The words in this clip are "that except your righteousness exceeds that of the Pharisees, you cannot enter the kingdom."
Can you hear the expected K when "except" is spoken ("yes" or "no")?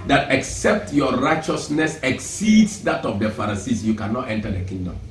yes